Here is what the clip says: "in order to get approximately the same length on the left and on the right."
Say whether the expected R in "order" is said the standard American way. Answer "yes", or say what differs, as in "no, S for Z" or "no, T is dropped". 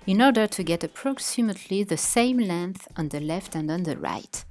yes